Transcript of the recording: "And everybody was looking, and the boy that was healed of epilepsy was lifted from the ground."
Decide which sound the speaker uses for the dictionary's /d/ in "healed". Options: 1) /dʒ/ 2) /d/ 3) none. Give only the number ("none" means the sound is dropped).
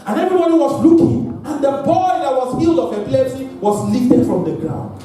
2